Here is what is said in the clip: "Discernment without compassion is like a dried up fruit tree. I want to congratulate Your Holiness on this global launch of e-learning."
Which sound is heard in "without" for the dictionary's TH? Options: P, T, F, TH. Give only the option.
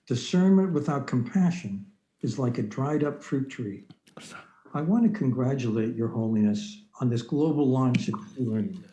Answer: TH